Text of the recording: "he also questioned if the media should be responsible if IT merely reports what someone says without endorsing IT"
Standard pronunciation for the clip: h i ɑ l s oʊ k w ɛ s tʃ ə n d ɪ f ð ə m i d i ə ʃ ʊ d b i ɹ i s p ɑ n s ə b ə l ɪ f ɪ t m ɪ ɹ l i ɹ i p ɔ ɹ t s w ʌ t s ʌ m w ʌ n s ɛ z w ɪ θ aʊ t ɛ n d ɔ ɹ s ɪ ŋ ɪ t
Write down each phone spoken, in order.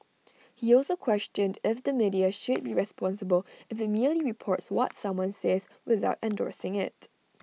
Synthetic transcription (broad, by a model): h i ɑ l s oʊ k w ɛ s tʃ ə n d ɪ f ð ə m i d i ə ʃ ʊ d b i ɹ i s p ɑ n s ə b ə l ɪ f ɪ t m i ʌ l i ɹ i p ɔ ɹ t s w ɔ t s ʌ m w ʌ n s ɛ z w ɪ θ aʊ t ɛ n d ɔ ɹ s ɪ ŋ ɪ t